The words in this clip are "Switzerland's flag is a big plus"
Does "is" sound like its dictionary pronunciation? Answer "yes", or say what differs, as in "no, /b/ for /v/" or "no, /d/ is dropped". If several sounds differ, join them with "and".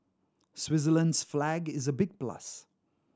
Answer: yes